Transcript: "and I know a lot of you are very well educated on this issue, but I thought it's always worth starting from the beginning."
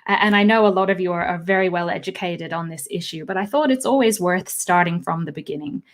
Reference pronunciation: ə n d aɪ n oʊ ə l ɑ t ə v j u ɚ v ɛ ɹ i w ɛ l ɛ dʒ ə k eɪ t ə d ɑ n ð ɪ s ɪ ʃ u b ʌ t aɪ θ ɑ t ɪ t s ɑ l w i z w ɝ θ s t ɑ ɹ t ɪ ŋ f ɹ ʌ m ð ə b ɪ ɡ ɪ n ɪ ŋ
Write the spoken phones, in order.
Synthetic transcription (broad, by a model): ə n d aɪ n oʊ ə l ɑ t ə v j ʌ ɚ v ɛ ɹ i w ɛ l ɛ dʒ ə k eɪ t ə d n ð ɪ s ɪ ʃ u b ʌ t aɪ θ ɑ t ɪ t s ɑ l w i z w ɝ θ s t ɑ ɹ t ɪ ŋ f ɹ ʌ m ð ə b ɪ ɡ ɪ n ɪ ŋ